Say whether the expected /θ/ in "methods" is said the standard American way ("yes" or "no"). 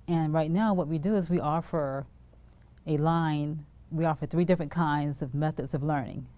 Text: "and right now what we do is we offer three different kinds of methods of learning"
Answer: yes